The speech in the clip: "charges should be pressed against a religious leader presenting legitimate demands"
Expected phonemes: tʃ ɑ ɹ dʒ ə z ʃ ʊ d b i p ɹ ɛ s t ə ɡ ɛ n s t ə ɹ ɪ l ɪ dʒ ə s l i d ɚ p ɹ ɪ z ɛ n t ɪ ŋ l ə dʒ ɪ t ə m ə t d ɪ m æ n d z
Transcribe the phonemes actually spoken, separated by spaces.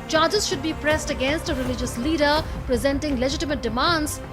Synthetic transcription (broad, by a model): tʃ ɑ dʒ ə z ʃ ʊ d b i p ɹ ɛ s t ə ɡ ɛ n s t ə ɹ ɪ l ɪ dʒ ə s l i d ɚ p ɹ ɪ z ɛ n t ɪ ŋ l ə dʒ ɪ t ə m ə t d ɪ m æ n d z